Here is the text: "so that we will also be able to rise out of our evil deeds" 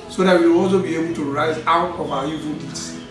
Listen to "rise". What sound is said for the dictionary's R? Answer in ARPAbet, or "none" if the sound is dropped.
R